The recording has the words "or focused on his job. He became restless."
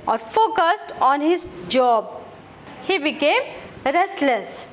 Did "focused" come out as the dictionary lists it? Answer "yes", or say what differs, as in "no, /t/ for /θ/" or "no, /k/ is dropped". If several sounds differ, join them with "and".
yes